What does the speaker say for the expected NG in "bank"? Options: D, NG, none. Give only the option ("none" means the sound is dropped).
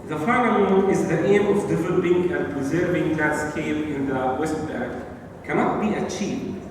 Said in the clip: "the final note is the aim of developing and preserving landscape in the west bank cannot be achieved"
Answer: none